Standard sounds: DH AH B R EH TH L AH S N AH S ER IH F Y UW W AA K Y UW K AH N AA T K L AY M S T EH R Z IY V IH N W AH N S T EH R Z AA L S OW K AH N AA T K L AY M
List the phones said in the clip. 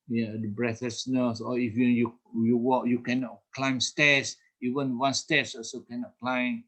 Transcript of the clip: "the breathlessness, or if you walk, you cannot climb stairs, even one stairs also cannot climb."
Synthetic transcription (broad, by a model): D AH B R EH T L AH S N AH S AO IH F Y UW W AA K Y UW K AH N AA T K L AY M S T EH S IY V IH N W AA N S T EH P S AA S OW K AH N AA T K L AY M